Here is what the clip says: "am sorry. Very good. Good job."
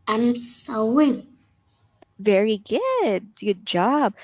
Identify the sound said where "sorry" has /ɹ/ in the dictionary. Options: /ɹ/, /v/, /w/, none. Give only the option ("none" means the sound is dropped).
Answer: /w/